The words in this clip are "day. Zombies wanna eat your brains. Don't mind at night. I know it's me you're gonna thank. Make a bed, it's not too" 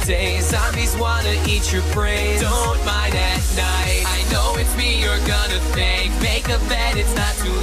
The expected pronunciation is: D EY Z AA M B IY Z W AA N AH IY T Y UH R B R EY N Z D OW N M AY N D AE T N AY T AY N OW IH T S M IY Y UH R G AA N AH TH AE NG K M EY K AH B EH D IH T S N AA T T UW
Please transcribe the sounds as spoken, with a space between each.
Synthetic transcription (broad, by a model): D EY S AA M IY Z W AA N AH IY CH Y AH R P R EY Z D OW N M AY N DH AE T N AY T AY N OW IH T M IY Y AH R G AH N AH TH AE NG K M EY K AH B EH D IH T S N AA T T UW